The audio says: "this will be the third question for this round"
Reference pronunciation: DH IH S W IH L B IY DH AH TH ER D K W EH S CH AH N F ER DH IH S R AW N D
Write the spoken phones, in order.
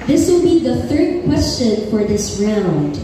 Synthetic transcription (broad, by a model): DH IH S W IH L B IY DH AH TH ER D K W EH S CH AH N F ER DH IH S R AW N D